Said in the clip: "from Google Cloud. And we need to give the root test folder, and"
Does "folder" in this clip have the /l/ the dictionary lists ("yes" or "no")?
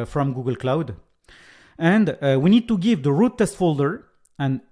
yes